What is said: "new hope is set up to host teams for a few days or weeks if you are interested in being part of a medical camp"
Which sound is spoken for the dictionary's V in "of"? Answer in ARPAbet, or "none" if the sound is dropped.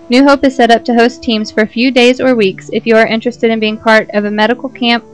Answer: V